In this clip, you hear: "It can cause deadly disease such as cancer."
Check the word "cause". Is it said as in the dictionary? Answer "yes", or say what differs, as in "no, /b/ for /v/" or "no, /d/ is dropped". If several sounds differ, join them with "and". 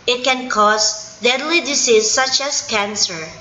no, /s/ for /z/